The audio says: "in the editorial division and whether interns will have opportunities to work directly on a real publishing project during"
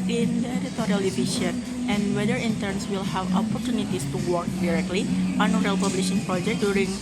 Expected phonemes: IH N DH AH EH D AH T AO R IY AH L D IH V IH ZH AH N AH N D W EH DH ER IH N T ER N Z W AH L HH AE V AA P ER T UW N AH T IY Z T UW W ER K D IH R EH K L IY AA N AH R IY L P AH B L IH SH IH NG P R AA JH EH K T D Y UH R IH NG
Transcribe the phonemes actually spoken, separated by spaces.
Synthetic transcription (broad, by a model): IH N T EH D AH T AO R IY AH L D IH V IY SH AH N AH N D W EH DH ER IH N T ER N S W AH L HH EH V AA P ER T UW N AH T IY S T UW W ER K D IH R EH K L IY AA N AH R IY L P AH B L IH SH IH NG P R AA JH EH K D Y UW R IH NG